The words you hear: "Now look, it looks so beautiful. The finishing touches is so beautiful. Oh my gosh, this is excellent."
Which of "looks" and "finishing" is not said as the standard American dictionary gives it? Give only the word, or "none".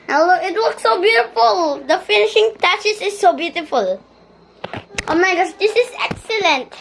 looks